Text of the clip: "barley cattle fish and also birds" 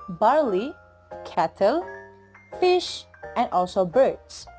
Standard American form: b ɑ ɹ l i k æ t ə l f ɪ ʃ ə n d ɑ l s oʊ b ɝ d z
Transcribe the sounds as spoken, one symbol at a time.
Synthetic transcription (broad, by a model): b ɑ ɹ l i k æ t ə l f ɪ ʃ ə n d ɑ l s oʊ b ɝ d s